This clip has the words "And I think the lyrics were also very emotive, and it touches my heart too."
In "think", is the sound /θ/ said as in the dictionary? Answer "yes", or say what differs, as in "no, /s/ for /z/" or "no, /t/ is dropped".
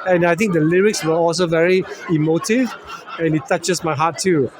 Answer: no, /t/ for /θ/